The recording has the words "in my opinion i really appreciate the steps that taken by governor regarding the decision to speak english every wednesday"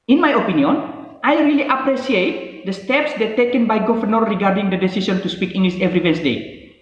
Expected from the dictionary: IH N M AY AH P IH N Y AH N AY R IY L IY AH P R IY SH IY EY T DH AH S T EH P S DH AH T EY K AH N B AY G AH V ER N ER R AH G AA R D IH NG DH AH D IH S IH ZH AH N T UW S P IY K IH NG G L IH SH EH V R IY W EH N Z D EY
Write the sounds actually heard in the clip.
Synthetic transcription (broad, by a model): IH N M AY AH P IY N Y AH N AY R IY L IY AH P R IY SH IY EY T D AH S T EH P S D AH T EY K AH N B AY G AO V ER N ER R AH G AA R D IH NG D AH D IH S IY S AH N T UW S P IY K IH NG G L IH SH EH V R IY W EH N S D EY